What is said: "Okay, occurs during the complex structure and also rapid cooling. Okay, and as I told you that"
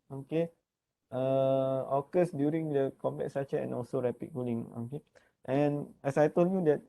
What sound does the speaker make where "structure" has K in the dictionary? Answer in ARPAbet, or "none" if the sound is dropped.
none